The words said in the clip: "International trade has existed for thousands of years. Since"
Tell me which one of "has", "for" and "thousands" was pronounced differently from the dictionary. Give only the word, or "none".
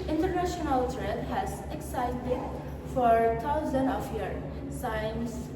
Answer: thousands